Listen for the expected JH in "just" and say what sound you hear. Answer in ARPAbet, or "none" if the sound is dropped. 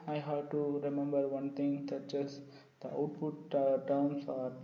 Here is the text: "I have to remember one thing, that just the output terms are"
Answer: CH